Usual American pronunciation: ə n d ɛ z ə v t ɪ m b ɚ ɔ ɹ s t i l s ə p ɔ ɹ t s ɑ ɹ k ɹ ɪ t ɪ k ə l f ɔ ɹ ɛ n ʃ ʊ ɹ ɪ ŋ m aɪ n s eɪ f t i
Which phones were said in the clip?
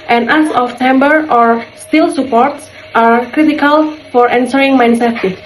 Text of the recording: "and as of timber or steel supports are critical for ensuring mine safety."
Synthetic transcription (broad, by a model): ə n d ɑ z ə f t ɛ m b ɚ ɔ ɹ s t i l s ə p ɔ ɹ t s ɑ ɹ k ɹ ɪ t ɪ k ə l f ɔ ɹ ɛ n s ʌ ɹ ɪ ŋ m aɪ n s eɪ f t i